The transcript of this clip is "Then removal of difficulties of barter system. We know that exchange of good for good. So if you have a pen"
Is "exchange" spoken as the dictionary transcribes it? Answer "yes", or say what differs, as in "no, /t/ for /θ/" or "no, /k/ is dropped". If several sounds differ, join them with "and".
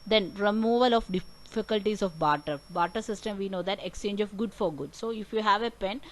yes